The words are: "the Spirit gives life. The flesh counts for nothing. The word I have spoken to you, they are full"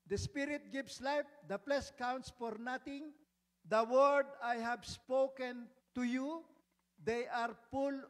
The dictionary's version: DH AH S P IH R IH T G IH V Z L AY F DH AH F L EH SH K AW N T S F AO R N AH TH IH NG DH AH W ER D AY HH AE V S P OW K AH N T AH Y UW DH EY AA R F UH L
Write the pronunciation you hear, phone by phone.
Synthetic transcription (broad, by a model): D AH S P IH R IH T G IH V S L AY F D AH P L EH S K AW N T S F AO R N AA T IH NG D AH W ER D AY HH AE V S P OW K AH N T AH Y UW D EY AA R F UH L